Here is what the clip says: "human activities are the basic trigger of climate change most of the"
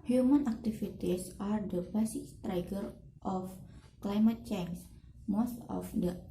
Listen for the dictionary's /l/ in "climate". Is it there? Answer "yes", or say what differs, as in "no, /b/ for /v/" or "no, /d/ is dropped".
yes